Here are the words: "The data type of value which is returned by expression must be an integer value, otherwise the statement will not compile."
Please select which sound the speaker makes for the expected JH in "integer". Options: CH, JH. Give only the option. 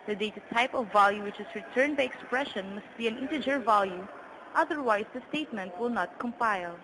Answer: JH